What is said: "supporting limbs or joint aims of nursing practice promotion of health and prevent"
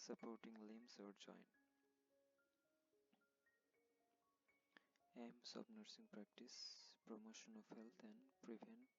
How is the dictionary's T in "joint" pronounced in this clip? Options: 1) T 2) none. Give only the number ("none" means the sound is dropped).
2